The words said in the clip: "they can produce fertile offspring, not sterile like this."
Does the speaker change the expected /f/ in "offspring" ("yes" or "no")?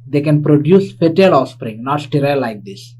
yes